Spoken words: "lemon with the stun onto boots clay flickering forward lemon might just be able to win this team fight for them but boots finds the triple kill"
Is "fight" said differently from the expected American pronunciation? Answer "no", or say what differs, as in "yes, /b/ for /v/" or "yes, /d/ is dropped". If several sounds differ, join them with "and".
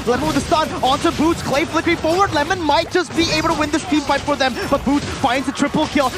yes, /p/ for /f/